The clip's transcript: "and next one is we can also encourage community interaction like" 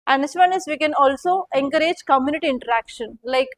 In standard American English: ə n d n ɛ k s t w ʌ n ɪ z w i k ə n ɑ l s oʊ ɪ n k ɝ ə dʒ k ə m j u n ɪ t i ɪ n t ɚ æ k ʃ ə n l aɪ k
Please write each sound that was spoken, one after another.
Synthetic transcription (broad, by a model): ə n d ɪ s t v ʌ n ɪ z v i k ə n ɑ l s oʊ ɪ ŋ k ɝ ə dʒ k ə m j u n ɪ t i ɪ n t ɚ æ k ʃ ə n l aɪ k